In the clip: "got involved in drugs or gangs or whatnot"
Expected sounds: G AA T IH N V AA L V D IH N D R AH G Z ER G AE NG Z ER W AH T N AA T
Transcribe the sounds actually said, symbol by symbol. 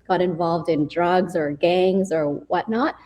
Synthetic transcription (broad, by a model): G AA T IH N V AA L V D IH N D R AH G Z ER G AE NG Z ER W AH T N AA T